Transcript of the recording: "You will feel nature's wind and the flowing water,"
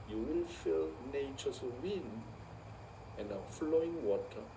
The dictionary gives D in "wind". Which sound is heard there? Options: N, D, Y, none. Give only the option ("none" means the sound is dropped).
none